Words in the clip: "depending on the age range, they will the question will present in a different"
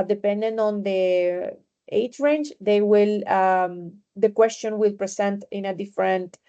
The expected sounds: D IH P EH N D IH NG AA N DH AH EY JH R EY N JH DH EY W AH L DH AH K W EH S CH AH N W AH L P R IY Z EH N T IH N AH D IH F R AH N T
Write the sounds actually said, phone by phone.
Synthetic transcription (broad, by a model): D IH P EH N D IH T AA N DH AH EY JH R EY N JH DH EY W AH L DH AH K W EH S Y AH N W AH L P R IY S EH N T IH N AH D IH F R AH N T